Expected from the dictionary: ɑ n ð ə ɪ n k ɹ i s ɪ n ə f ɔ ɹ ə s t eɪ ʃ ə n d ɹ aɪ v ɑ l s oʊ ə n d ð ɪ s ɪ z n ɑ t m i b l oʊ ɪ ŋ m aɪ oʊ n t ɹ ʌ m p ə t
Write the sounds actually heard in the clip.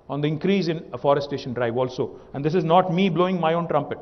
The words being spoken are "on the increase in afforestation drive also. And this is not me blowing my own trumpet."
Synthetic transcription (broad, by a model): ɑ n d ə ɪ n k ɹ i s ɪ n ə f ɔ ɹ ə s t eɪ ʃ ə n d ɹ aɪ v ɑ l s oʊ ə n d ɪ s ɪ z n ɑ t m i b l oʊ ɪ ŋ m aɪ oʊ n t ɹ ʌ m p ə t